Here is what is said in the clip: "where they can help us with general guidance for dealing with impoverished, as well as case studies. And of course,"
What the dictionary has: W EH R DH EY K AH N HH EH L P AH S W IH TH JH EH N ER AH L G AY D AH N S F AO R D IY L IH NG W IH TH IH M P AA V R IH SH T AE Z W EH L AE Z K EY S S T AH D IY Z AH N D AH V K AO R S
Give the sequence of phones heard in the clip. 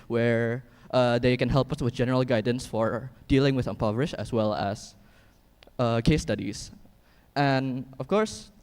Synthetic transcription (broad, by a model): W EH R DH EY K AH N HH EH L P AH S W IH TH JH EH N ER AH L G AY D AH N S F AO R D IY L IH NG W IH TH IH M P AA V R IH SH AE S W EH L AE S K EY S S T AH D IY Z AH N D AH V K AO R S